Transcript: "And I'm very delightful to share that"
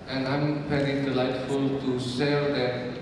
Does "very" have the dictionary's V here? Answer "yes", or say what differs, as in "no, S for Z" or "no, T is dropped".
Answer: no, F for V